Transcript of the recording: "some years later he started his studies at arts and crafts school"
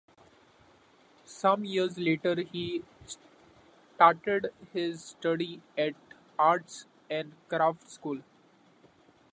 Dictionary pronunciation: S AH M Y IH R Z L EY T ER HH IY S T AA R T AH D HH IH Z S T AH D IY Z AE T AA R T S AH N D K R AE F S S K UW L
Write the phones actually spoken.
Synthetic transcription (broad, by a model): S AH M Y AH R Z L EY T ER HH IY S T AA R T AH D HH IH Z S T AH D IY AE T AA R T S AH N D K R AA F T S K UW L